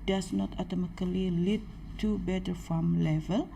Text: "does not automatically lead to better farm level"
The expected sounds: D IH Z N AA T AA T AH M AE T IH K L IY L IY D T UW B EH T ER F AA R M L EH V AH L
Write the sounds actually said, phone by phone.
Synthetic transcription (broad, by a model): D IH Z N AA T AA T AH M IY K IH L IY L IY D T UW B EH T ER F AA M L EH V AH L